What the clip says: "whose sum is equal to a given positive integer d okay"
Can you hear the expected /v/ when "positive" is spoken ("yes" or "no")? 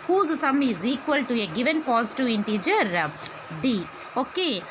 no